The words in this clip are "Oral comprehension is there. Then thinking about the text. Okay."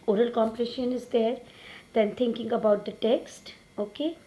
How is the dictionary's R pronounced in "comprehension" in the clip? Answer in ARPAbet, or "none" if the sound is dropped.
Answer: none